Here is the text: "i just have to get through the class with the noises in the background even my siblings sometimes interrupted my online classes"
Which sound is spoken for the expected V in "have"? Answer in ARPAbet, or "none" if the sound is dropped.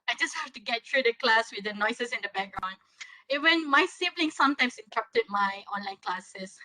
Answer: F